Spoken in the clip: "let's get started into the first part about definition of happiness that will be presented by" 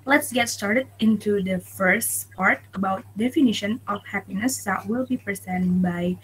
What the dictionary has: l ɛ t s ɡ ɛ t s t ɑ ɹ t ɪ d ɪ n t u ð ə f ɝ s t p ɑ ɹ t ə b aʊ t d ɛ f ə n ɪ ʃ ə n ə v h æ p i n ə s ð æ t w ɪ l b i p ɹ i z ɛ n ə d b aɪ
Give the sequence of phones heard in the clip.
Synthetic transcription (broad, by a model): l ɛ t s ɡ ɛ t s t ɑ ɹ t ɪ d ɪ n t u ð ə f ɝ s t p ɑ ɹ t ə b aʊ t d ɛ f ə n ɪ ʃ ə n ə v h æ p i n ə s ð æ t w ɪ l b i p ɹ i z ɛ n b aɪ